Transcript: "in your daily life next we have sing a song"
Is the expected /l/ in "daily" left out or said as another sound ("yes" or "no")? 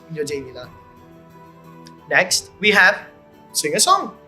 yes